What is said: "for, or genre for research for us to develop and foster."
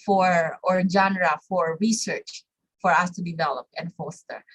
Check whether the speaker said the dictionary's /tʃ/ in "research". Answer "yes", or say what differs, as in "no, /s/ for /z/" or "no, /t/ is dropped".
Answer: yes